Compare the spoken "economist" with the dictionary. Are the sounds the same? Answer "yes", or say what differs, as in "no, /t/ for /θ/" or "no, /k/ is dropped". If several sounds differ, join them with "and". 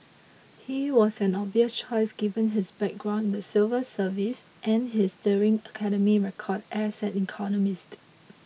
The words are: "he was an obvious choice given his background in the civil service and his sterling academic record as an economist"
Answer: yes